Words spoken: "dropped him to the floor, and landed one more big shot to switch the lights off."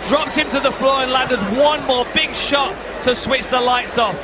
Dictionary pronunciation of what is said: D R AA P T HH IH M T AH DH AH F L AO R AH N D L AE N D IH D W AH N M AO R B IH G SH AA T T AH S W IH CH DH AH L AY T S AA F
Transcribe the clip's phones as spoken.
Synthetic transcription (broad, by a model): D R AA P T HH IH M T AH DH AH F L AO R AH N L AE N D IH D W AH N M AO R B IH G SH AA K T AH S W IH CH DH AH L AY T S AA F